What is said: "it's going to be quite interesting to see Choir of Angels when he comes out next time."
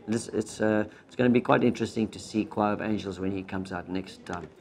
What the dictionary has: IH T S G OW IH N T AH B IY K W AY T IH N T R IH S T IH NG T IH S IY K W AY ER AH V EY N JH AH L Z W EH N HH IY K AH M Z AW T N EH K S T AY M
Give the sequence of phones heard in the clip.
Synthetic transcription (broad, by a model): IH T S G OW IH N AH B IY K W AY T IH N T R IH S T IH NG T IH S IY K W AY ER AH V EY N JH AH L Z W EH N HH IY K AH M Z AW T N EH K S T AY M